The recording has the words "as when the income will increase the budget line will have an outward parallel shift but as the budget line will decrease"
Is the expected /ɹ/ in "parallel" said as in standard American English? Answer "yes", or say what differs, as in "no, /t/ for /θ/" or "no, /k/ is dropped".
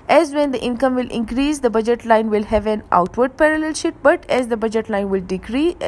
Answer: yes